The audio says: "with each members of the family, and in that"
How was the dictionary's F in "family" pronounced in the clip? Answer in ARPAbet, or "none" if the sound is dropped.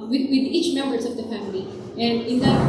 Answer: F